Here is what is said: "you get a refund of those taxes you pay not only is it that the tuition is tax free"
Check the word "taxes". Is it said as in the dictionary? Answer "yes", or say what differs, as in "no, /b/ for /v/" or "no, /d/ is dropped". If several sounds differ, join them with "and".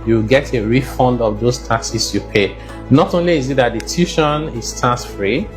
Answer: no, /s/ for /z/